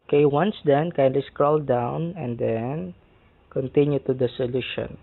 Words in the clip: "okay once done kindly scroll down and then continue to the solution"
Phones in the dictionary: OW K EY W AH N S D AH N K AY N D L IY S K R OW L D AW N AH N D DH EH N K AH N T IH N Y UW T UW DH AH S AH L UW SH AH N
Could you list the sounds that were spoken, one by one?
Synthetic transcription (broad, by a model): K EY W AH N S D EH N K AY N D L IY S K R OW L D AW N AH N D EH N K AH N T IH N Y UW T UW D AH S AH L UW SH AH N